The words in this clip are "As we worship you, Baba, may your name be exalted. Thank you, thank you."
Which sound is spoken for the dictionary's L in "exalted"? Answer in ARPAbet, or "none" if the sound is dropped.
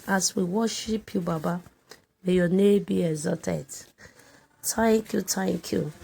none